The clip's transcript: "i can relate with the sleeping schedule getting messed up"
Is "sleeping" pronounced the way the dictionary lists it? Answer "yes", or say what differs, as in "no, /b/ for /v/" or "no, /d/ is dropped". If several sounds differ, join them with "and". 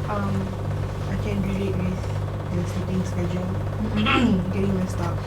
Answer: no, /l/ is dropped